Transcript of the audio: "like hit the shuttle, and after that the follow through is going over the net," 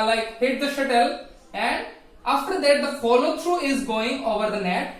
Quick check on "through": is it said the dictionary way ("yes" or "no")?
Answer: no